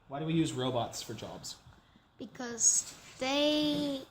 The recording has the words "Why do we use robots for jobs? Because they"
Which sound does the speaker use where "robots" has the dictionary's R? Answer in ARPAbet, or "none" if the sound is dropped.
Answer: R